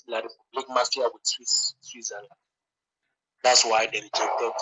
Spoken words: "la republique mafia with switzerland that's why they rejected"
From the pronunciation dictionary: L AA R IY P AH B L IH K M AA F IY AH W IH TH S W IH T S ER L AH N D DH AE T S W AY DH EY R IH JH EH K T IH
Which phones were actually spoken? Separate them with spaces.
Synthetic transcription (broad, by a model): L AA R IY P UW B L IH K M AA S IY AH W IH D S W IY S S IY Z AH L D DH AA T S W AY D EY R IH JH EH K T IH